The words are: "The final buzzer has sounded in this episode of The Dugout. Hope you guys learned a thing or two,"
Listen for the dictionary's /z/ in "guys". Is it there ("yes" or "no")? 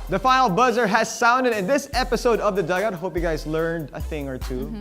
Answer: yes